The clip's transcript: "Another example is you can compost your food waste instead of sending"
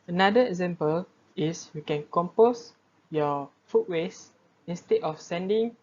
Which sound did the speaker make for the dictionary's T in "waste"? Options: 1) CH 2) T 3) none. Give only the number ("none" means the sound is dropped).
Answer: 3